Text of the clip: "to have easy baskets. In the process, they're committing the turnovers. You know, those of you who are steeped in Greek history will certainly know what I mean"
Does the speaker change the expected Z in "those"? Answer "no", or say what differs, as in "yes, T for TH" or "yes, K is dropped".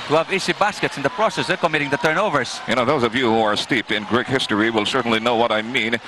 no